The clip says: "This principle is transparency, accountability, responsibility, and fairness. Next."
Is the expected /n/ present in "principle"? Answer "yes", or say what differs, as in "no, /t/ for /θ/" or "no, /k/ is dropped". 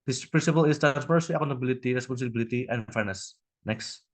yes